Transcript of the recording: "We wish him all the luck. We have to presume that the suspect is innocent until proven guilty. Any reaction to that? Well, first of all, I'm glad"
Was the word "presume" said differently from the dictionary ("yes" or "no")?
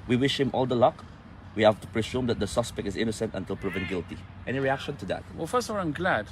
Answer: yes